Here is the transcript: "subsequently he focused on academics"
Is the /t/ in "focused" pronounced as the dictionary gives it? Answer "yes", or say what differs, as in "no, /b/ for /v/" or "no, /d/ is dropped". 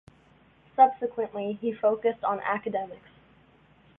yes